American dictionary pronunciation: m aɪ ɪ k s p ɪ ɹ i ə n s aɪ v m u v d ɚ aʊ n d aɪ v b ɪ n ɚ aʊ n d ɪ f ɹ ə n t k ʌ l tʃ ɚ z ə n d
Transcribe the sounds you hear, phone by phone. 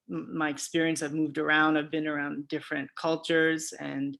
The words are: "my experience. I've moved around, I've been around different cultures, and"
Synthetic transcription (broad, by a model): m aɪ ɪ k s p ɪ ɹ i ə n s aɪ v m u v d ɚ aʊ n d aɪ v b ɪ n ɚ aʊ n d ɪ f ɹ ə n k ʌ l tʃ ɚ z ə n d